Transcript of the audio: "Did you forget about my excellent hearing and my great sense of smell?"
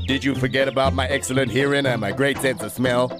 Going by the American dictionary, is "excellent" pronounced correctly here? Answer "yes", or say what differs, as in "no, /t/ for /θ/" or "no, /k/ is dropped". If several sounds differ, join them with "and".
yes